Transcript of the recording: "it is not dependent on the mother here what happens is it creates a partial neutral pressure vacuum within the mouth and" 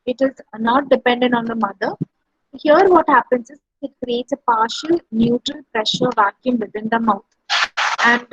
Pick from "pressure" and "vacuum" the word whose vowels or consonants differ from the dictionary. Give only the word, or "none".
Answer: none